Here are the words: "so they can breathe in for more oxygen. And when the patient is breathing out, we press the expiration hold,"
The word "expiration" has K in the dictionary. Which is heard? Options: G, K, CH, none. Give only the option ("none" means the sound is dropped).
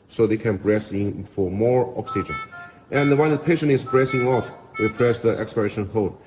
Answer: K